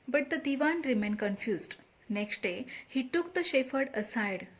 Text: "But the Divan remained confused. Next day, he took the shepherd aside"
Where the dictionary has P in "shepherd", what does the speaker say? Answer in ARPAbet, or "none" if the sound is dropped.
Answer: F